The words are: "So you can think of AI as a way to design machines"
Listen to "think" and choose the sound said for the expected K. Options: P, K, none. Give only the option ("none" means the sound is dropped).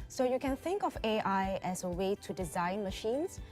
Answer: K